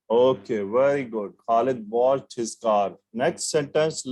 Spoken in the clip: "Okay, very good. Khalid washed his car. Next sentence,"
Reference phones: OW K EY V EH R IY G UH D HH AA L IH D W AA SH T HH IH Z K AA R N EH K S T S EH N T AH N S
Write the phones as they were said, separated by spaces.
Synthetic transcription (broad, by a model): OW K EY V EH R IY G UH D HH AA L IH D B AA T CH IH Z K AA R N EH K S T S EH N T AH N S